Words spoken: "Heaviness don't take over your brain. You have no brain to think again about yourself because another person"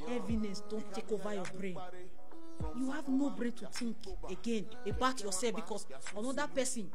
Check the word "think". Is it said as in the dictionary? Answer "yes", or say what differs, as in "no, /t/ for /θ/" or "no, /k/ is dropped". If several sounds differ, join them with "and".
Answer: no, /t/ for /θ/